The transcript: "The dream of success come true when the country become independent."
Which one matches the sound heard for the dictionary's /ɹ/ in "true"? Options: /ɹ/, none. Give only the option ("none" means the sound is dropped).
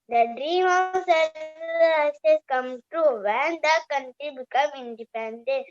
none